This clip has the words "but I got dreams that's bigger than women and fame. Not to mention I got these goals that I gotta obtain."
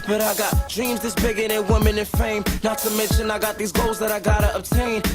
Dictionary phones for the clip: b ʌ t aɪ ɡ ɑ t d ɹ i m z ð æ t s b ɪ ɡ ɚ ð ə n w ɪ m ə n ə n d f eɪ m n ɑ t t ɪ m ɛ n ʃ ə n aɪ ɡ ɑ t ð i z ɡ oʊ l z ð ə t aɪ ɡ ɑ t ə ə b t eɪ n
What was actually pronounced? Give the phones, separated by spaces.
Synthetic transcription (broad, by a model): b ʌ t aɪ ɡ ɑ t d ɹ i m z ð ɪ s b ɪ ɡ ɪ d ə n w ɪ m ə n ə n f eɪ m n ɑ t t ɪ m ɛ n ʃ ə n aɪ ɡ ɑ t ð i z ɡ oʊ l z ð ə t aɪ ɡ ɑ t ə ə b t eɪ n